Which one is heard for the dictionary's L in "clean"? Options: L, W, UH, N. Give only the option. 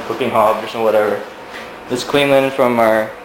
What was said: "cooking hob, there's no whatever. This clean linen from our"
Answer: W